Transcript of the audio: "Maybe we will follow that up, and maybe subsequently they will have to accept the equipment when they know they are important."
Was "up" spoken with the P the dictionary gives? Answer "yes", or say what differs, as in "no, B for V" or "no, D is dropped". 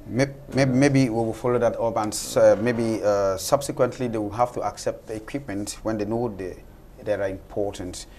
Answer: no, B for P